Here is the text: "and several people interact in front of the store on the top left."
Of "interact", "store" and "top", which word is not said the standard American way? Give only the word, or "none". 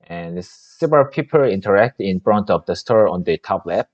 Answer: none